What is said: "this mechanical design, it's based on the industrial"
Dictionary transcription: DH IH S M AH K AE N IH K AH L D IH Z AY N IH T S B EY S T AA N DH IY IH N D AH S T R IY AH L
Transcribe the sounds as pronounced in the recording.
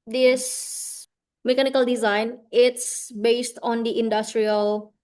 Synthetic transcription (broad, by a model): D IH S M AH K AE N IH K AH L D IH Z AY N IH T S B EY S T AA N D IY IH N D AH S T R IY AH L